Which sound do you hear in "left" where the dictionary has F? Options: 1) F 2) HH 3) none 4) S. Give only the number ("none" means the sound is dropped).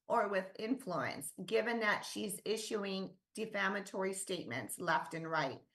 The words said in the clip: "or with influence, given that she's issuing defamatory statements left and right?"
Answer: 1